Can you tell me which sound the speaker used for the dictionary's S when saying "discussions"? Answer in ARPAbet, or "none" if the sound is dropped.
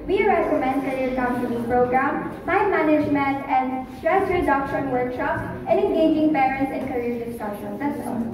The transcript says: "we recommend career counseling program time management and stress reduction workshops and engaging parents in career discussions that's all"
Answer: none